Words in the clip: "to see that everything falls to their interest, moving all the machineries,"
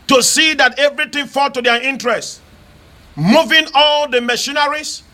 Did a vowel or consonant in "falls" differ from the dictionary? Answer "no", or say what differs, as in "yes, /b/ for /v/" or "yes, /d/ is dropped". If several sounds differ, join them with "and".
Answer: yes, /z/ is dropped